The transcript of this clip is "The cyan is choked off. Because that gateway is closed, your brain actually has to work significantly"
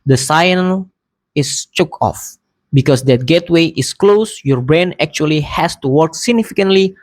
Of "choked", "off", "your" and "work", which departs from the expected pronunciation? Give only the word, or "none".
choked